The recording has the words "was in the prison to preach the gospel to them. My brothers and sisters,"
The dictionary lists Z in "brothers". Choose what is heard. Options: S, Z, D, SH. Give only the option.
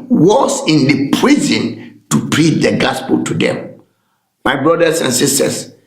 S